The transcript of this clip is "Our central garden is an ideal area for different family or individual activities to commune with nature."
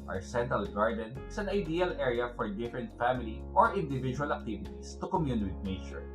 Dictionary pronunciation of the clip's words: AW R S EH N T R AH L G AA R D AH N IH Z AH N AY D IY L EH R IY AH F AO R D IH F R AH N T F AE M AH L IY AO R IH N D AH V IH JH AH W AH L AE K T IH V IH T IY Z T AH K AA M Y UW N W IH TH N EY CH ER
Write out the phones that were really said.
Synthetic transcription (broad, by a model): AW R S EH N T R AH L G AA R D AH N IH S AH N AY D IY L EH R IY AH F AO R D IH F R AH N T F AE M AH L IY AO R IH N D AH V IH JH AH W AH L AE K T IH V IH T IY S T AH K AA M Y UW N W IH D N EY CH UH